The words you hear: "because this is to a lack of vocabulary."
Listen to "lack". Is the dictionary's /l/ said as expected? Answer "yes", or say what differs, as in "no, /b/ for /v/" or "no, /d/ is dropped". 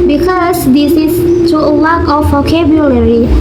no, /w/ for /l/